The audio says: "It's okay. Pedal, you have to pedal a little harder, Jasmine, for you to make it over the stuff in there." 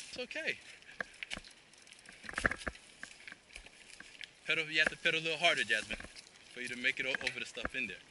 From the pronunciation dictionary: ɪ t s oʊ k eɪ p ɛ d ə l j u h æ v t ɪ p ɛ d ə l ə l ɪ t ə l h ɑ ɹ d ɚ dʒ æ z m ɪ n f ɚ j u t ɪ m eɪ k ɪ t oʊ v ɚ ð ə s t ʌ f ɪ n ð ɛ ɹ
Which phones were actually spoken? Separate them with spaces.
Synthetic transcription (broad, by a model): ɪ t s oʊ k eɪ p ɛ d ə j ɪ h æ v t ɪ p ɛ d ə ə l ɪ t l h ɑ ɹ d ɚ dʒ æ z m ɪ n f ɚ j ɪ t ɪ m eɪ k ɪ t oʊ v ɚ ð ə s t ʌ f ɪ n ð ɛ ɹ